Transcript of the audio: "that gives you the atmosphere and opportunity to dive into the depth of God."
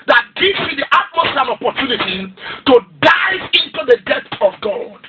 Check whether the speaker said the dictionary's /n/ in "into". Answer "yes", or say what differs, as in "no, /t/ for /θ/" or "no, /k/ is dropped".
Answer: yes